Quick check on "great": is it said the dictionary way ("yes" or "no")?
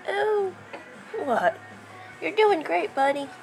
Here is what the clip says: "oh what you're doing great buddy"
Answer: yes